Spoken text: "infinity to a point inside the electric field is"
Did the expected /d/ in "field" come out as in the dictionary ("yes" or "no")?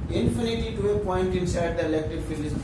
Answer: no